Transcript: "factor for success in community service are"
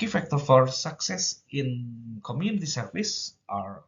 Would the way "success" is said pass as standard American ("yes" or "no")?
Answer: yes